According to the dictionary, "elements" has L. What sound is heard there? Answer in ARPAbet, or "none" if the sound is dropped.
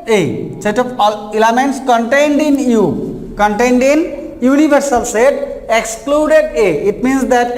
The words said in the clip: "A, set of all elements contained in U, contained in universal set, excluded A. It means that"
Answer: none